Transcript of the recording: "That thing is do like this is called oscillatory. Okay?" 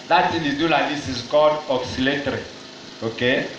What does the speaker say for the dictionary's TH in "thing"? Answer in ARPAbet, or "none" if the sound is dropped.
S